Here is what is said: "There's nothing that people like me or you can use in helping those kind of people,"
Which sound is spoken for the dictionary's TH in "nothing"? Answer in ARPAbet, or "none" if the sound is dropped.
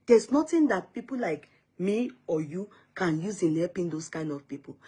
T